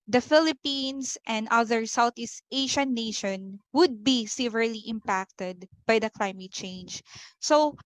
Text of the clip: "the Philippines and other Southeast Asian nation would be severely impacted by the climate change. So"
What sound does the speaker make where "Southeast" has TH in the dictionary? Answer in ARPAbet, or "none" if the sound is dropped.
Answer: T